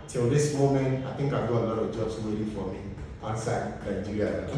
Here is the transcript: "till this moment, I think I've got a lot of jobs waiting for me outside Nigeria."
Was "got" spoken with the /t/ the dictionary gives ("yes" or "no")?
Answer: no